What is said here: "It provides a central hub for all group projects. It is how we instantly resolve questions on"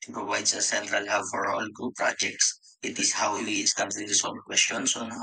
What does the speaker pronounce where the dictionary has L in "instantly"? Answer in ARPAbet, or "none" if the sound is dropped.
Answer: none